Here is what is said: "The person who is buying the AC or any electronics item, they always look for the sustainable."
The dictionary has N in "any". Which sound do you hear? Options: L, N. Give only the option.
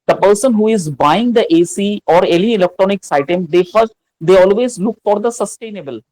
L